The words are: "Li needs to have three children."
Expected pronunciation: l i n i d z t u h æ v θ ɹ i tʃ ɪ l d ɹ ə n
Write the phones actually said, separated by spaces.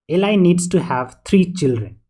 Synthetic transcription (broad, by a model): l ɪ n i d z t u h æ v t ɹ i tʃ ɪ l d ɹ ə n